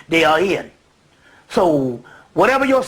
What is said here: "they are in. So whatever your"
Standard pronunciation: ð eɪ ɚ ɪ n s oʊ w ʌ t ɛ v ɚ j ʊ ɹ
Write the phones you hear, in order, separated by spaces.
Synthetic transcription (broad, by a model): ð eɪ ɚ ɪ n s oʊ w ʌ t ɛ v ɚ j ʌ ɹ